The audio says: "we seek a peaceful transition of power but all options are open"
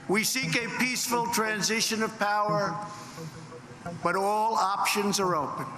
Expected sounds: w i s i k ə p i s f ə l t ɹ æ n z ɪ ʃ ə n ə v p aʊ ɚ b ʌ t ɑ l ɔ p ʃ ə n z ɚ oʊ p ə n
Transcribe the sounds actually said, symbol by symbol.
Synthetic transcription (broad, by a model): w i s i k ə p i s f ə l t ɹ æ n z ɪ ʃ ə n ə v p aʊ ɚ b ʌ t ɑ l ɔ p ʃ ə n z ɚ oʊ p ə n